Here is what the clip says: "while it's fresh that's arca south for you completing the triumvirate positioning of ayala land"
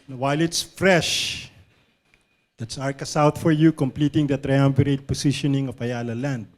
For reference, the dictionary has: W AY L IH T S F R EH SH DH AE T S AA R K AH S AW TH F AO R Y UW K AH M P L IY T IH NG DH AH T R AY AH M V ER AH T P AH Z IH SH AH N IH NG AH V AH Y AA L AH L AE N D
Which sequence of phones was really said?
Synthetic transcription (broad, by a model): W AY L IH T S F R EH SH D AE T S AA R K AH S AW T F AO R Y UW K AH M P L IY T IH NG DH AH T R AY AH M B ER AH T P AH S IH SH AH N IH NG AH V AH Y AA L AH L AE N D